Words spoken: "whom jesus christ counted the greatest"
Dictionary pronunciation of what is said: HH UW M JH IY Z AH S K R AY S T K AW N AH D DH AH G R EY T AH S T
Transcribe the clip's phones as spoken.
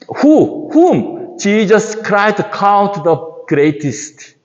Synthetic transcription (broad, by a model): HH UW M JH IY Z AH S K R AY T K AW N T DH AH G R EY T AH S T